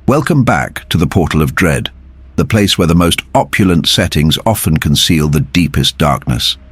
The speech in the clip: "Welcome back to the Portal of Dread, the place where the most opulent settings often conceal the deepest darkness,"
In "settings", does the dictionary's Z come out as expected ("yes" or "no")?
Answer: yes